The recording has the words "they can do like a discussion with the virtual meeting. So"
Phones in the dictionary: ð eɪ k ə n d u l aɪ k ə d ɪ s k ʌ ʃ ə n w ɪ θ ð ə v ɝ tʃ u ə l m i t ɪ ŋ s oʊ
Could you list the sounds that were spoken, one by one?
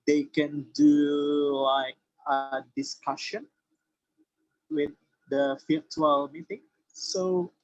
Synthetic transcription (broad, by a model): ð eɪ k ə n d u l aɪ k ə d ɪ s k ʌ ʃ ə n w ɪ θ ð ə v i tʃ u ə l m i t ɪ ŋ s oʊ